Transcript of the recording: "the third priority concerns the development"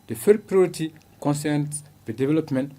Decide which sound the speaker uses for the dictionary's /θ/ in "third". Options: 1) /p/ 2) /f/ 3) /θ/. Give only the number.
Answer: 2